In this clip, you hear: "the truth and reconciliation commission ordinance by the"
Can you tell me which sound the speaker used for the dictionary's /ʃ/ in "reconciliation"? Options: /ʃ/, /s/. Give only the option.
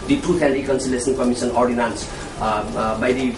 /s/